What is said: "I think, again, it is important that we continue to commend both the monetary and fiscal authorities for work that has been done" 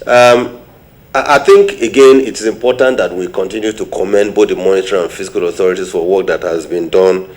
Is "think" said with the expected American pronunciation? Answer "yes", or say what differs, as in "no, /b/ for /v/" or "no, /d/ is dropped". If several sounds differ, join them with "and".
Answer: yes